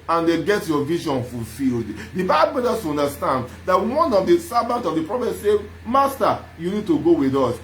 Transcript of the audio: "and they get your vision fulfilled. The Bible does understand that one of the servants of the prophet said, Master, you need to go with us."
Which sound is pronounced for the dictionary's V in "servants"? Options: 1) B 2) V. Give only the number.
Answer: 1